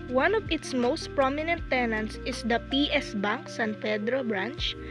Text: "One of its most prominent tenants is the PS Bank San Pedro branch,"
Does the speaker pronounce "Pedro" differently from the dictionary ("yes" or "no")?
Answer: yes